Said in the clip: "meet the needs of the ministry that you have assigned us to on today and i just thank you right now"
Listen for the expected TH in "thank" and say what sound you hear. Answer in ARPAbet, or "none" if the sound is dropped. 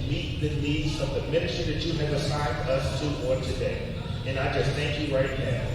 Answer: TH